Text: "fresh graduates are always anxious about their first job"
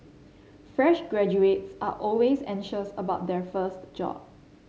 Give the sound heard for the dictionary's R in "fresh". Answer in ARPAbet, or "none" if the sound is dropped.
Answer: R